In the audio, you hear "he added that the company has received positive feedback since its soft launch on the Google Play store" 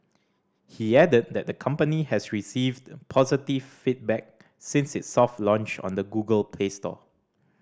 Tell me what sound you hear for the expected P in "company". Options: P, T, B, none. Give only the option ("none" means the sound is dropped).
P